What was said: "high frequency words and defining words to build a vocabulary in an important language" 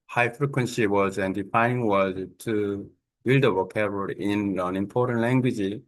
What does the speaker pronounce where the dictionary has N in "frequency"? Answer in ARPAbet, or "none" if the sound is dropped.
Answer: N